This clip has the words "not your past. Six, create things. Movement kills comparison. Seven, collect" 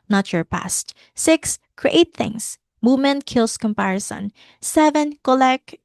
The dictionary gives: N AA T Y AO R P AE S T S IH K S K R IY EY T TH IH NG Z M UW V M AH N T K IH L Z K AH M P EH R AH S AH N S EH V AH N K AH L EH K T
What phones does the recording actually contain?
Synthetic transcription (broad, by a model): N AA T Y AO R P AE S T S IH K S K R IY EY T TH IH NG S M UW V M AH N T K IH L S K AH M P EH R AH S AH N S EH V AH N K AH L EH K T